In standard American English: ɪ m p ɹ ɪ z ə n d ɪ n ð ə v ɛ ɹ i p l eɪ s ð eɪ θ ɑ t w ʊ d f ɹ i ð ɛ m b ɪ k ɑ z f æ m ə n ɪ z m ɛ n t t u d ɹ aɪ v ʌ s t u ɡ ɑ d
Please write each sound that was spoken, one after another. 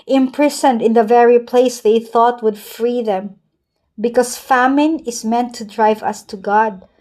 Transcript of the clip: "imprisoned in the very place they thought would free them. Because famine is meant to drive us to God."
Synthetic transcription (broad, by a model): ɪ m p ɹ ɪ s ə n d ɪ n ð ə v ɛ ɹ i p l eɪ s ð eɪ θ ɑ t w ʊ d f ɹ i ð ɛ m b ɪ k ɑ s f æ m ə n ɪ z m ɛ n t t u d ɹ aɪ v ʌ s t u ɡ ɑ d